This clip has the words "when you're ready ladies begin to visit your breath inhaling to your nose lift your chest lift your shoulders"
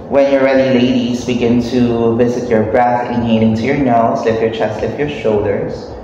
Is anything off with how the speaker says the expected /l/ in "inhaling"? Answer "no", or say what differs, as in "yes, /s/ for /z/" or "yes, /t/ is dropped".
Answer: yes, /n/ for /l/